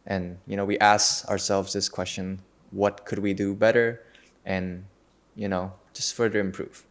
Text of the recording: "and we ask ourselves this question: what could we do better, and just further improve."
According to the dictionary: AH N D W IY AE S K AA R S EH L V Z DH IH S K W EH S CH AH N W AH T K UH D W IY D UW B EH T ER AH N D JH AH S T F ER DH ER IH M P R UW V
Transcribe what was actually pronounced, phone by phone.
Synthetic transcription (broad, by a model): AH N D W IY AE S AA AA R S EH L V Z DH IH S K W EH S CH AH N W AH T K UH D W IY D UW B EH T ER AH N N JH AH S T F ER DH ER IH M P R UW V